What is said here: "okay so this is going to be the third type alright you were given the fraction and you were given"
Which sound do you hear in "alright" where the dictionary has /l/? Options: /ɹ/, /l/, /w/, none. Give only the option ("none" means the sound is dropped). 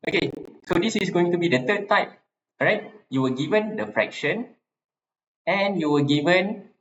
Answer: none